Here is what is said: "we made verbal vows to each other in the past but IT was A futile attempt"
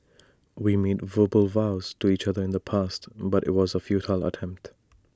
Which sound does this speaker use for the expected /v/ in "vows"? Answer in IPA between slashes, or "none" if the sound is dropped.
/v/